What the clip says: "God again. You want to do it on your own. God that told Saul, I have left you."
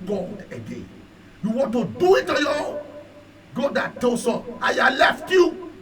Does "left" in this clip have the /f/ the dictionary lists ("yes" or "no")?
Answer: yes